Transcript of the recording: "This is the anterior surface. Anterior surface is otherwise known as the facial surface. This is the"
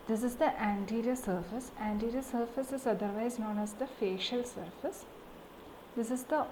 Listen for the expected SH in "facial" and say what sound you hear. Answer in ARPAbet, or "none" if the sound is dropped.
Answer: SH